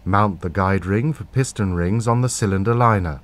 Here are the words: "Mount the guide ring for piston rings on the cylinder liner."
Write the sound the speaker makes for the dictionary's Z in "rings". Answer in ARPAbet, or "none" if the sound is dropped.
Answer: Z